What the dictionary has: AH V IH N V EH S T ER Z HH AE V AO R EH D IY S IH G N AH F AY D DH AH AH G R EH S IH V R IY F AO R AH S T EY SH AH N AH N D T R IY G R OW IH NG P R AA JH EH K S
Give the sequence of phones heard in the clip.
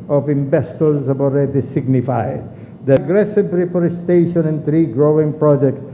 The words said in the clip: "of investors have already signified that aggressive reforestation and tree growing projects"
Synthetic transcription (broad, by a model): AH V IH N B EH S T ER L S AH B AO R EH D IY S IH G N AH F AY D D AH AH G R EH S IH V R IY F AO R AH S T EY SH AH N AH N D T R IY G R OW IH NG P R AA JH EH K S